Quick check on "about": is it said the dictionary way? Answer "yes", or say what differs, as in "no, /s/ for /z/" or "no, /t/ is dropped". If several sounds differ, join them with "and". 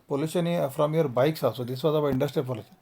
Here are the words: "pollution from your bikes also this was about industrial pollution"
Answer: no, /t/ is dropped